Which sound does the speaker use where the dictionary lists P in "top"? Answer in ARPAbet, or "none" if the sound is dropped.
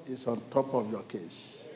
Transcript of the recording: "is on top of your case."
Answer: P